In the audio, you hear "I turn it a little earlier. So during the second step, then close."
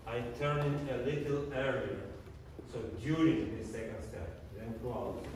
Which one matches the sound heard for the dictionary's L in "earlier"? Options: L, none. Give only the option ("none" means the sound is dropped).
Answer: none